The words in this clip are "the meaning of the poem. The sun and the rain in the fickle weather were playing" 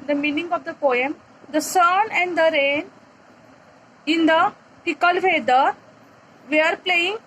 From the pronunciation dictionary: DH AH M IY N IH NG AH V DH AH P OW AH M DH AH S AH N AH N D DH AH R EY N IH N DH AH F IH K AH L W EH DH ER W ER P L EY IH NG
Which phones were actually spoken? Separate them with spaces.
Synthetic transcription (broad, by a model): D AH M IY N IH NG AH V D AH P OW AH M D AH S AH N AH N D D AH R EY N IH N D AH P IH K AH L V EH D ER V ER P L EY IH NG